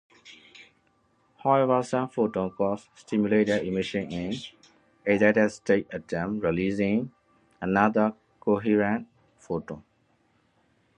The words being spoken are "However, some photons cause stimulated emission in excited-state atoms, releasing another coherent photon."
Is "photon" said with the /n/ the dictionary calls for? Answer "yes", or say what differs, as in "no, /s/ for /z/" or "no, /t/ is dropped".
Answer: no, /n/ is dropped